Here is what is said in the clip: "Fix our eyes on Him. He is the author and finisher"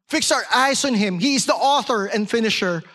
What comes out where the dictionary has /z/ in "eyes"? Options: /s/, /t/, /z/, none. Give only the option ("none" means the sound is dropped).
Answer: /s/